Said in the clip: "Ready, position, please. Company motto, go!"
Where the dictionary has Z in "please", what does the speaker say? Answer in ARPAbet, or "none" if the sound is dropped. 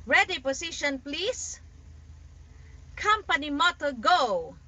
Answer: S